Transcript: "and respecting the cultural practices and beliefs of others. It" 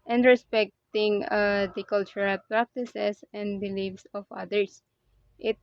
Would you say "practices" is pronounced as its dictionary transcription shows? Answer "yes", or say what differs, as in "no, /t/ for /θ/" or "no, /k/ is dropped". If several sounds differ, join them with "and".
no, /s/ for /z/